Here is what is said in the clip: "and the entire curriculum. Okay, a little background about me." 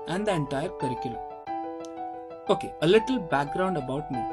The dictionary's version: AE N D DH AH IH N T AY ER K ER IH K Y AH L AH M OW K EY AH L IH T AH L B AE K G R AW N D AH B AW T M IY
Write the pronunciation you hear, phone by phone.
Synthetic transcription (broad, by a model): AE N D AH IH N T AY ER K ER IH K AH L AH OW K EY AH L IH T AH L B AE K G R AW N D AH B AW T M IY